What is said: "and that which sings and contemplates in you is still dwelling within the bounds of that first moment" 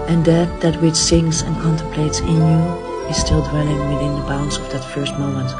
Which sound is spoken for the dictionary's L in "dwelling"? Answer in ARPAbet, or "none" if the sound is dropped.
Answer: N